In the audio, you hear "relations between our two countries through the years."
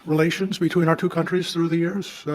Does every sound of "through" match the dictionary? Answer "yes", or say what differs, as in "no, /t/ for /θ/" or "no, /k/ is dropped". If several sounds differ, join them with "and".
yes